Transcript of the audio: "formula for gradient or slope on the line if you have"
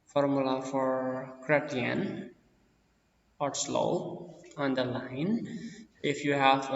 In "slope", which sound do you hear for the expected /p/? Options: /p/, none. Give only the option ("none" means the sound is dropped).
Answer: none